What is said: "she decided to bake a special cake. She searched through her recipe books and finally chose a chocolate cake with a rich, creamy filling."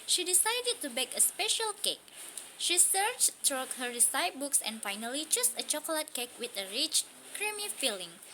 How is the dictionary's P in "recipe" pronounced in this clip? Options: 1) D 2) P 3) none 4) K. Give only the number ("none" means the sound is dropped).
3